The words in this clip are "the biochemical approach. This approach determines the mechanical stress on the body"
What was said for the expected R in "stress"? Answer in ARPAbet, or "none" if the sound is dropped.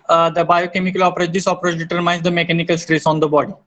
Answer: R